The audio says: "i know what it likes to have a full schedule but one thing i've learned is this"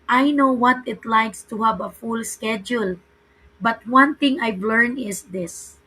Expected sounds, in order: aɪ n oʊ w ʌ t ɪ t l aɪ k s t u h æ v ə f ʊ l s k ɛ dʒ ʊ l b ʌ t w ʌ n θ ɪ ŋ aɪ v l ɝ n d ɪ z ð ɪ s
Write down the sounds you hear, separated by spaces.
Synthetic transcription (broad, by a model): aɪ n oʊ w ʌ t ɪ t l aɪ k s t u h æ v ə f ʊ l s k ɛ dʒ ʊ l b ʌ t w ʌ n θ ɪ ŋ aɪ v l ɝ n ɪ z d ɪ s